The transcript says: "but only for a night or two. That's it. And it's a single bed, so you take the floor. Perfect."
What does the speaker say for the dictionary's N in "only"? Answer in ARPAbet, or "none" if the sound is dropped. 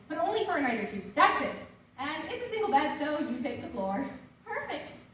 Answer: N